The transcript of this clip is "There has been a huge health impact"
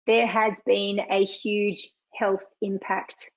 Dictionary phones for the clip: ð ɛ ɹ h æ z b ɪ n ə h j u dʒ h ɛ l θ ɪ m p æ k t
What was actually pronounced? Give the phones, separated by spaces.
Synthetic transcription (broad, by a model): ð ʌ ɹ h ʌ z b ɪ n ə h j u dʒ h ɛ l θ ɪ m p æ k t